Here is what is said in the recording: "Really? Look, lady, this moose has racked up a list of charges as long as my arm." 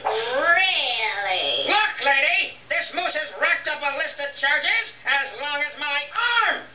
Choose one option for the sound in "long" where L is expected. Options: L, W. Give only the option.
L